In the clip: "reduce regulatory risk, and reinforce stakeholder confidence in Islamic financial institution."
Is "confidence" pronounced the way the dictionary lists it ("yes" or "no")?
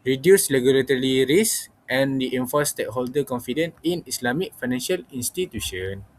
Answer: no